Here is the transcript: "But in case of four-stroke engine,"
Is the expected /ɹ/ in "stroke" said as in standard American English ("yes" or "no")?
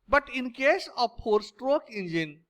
yes